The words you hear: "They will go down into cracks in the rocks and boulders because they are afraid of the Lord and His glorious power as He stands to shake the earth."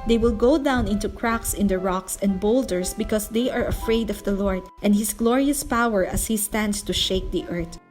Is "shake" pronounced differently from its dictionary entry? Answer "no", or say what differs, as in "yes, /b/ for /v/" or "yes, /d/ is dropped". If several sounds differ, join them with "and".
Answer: no